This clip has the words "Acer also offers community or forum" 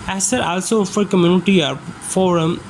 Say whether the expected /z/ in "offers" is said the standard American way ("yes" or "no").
no